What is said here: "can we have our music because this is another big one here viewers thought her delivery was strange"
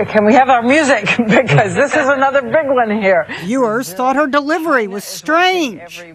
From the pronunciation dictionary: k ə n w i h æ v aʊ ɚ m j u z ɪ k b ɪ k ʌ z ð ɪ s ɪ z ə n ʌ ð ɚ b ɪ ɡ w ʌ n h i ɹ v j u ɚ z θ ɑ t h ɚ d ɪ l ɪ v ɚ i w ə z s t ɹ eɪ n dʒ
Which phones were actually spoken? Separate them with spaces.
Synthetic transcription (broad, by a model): k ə n w i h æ v aʊ ɚ m j u z ɪ k b ɪ k ʌ z ð ɪ s ɪ z ə n ʌ ð ɚ b ɪ ɡ w ʌ n h i ɹ j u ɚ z θ ɑ t h ɚ d ɪ l ɪ v ɚ i w ə z s t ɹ eɪ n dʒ